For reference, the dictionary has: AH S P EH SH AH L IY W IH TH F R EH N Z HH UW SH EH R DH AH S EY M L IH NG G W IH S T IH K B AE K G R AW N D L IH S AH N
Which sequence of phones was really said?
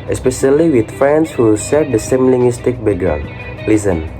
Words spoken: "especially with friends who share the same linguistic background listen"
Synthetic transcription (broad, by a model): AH S P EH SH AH L IY W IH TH F R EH N S HH UW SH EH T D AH S EY M L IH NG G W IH S T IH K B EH G AW L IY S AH N